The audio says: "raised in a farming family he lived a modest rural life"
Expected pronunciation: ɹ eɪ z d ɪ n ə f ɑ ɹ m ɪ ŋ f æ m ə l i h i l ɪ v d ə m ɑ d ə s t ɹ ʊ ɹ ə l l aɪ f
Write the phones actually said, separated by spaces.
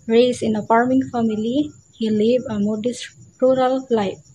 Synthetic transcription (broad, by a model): ɹ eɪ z ɪ n ə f ɑ ɹ m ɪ ŋ f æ m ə l i h i l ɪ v ə m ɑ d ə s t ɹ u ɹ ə l l aɪ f